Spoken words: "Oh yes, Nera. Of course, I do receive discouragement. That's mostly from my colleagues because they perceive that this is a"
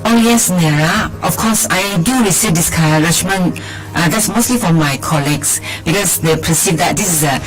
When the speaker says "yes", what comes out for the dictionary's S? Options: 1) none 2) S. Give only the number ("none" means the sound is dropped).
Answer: 2